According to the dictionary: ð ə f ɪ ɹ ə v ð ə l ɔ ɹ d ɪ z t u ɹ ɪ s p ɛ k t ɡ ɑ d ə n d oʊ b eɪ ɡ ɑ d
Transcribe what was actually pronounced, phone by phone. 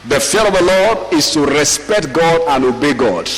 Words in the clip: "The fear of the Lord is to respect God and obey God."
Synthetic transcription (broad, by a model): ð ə f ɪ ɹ ə v ð ə l ɔ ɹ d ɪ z t u ɹ ɪ s p ɛ k t ɡ ɑ d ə n oʊ b eɪ ɡ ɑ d